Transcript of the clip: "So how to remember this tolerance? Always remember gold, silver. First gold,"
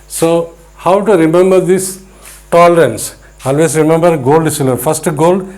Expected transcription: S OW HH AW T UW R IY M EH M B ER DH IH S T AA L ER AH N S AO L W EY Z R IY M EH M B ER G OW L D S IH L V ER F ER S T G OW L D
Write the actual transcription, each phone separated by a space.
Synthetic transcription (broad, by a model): S OW HH AW T UW R IY M EH M B ER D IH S T AA L ER AH N S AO L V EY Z R IY M EH M B ER G OW L D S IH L ER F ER S T G OW L D